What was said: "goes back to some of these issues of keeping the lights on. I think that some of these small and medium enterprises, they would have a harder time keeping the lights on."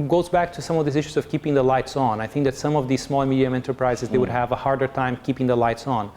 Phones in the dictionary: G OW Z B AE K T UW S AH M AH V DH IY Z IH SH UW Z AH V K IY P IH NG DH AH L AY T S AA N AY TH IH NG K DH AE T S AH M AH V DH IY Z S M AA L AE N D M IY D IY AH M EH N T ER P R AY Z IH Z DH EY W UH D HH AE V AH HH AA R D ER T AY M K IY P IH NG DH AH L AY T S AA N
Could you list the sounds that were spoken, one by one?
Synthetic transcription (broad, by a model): G OW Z B AE K T UW S AH M AH V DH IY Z IH SH UW Z AH V K IY P IH NG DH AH L AY T S N AY TH IH NG K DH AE T S AH M AH V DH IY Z S M AA L M IY D IY AH M EH N T ER P R AY Z IH Z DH EY W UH D HH AE V AH HH AA R D ER T AY M K IY P IH NG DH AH L AY T S N